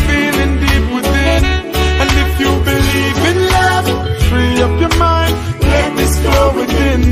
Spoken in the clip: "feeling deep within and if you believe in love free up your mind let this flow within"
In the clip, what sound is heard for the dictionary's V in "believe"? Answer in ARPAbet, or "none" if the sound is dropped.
V